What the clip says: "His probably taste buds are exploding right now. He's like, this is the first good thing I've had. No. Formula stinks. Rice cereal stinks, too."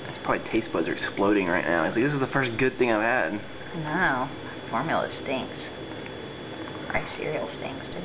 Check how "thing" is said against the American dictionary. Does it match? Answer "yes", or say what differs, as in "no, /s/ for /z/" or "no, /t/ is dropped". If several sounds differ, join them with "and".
yes